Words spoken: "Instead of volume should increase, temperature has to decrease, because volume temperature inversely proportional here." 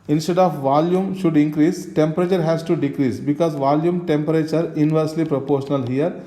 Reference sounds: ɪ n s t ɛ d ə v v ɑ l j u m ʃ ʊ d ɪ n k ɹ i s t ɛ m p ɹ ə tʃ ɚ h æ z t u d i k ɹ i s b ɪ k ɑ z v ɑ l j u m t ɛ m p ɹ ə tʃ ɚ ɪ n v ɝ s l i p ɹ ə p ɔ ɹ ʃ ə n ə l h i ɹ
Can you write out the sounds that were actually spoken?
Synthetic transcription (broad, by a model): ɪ n s t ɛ d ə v v ɑ l j u m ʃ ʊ d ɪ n k ɹ i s t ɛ m p ɹ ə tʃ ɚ h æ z t u d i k ɹ i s b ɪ k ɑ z v ɑ l j u m t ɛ m p ɹ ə tʃ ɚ ɪ n v ɝ s l i p ɹ ə p ɔ ɹ ʃ ə n ə l h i ɹ